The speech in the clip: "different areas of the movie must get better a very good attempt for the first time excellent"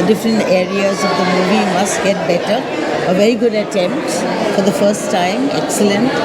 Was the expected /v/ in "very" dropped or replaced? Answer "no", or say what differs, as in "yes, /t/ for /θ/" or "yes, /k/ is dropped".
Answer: no